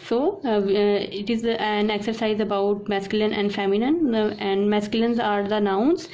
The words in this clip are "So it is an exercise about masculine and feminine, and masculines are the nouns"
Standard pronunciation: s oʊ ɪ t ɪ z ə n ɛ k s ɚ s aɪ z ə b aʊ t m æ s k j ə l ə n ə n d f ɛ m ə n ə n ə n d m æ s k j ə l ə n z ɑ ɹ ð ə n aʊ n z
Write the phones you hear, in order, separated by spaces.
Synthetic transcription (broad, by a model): s oʊ ɪ t ɪ z ə n ɛ k s ɚ s aɪ z ə b aʊ t m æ s k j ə l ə n ə n d f ɛ m ə n ə n ə n d m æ s k j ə l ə n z ɑ ɹ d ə n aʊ n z